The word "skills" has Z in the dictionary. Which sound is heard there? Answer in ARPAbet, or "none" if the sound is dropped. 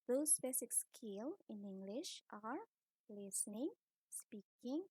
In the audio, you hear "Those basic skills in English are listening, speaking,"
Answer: none